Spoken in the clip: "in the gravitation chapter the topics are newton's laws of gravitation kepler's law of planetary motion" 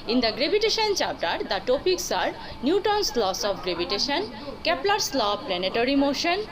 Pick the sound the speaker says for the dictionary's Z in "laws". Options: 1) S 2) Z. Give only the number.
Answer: 1